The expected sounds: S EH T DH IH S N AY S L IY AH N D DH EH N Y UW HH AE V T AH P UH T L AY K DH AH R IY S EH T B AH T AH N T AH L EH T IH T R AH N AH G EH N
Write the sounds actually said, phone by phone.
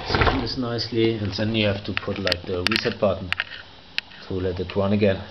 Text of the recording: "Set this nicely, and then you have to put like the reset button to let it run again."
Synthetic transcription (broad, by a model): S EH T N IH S N AY S L IY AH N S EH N Y UW HH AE F T AH P UH T L AY K DH AH R IY S EH T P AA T N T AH L EH T IH T R AH N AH G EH N